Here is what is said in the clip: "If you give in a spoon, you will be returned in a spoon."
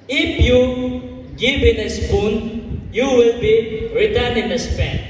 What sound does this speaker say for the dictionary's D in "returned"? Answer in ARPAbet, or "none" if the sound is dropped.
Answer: none